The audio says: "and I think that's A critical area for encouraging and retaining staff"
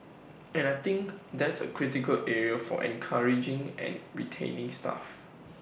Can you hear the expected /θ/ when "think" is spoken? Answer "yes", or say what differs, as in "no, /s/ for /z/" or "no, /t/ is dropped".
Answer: no, /t/ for /θ/